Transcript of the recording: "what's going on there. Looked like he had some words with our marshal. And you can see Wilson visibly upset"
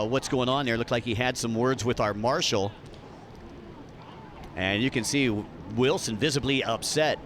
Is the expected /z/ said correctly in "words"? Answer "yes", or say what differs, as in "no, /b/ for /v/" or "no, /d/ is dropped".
yes